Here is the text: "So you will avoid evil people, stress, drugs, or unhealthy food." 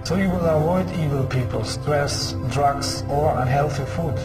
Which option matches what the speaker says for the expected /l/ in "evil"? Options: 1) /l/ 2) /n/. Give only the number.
1